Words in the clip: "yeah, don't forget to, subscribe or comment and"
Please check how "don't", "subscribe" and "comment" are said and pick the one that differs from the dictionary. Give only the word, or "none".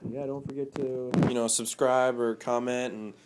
none